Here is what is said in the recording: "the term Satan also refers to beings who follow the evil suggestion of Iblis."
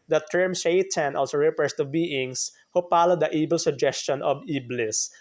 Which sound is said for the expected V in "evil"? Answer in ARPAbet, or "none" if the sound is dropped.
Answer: B